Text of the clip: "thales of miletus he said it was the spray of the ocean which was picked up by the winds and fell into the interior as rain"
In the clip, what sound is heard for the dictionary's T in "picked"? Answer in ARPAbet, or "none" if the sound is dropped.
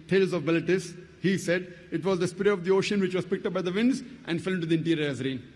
T